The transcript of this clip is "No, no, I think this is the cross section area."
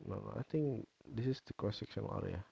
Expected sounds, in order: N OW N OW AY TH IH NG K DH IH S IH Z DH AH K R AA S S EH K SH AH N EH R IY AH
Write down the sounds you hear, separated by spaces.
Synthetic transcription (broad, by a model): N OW N OW AY T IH NG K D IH S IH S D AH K AA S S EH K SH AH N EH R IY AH